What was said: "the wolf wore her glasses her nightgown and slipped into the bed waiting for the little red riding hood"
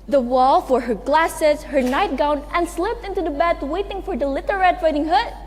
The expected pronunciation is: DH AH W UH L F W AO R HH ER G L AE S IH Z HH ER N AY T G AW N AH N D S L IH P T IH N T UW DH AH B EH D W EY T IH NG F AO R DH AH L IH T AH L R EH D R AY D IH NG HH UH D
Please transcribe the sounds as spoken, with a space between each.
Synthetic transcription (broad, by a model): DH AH W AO L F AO R HH ER G L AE S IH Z HH ER N AY T G AW N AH N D S L IH P T IH N T UW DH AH B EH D W EY T IH NG F AO R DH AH L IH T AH R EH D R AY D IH NG HH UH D